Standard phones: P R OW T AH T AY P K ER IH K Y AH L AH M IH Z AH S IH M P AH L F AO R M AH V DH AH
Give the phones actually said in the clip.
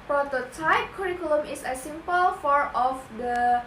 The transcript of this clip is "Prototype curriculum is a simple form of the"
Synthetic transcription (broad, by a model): P R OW T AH T AY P K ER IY K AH L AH M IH S AH S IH M P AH L F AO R AH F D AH